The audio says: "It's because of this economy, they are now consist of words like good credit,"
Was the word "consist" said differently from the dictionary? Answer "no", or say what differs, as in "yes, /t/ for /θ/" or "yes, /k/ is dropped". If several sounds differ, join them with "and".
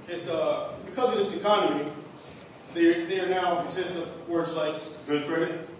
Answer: yes, /n/ is dropped